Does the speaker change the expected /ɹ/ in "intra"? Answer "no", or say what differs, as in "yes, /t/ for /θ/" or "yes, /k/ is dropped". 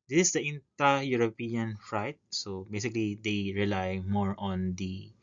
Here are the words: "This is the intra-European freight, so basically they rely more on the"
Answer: yes, /ɹ/ is dropped